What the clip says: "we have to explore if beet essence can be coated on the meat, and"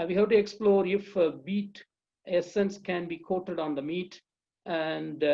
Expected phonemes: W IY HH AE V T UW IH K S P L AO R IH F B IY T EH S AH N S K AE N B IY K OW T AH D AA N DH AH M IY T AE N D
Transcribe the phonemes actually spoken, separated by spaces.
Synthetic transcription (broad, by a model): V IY HH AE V T UW IH K S P L AO R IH F B IY T EH S AH N S K AE N B IY K OW T AH D AA N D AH M IY T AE N D